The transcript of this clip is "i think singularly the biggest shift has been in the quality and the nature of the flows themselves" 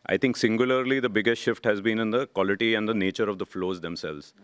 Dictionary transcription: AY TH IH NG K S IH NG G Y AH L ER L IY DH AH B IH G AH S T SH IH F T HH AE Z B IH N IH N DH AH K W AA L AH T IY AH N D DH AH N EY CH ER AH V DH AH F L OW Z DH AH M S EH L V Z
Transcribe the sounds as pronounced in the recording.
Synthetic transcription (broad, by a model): AY T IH NG K S IH NG G Y AH L ER L IY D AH B IH G AH S T SH IH F T HH AE Z B IH N IH N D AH K W AA L AH T IY AH N D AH N EY CH ER AH V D AH F L OW Z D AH M S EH L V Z